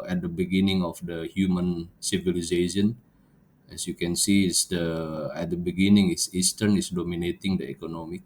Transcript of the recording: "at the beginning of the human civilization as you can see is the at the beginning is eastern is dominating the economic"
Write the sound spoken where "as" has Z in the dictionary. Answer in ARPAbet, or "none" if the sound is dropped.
S